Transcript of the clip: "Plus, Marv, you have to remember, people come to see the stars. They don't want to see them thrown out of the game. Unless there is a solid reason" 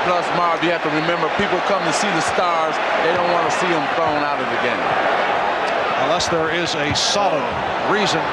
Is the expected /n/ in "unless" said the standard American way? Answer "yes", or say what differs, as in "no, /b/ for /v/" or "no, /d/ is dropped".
yes